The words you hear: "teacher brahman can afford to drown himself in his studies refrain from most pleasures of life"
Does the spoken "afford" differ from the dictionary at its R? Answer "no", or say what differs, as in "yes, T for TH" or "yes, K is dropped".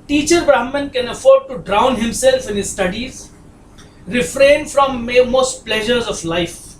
no